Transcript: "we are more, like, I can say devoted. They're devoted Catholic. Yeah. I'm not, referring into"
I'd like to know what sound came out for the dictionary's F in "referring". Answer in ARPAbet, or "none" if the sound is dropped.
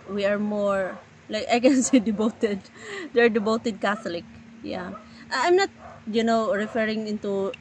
F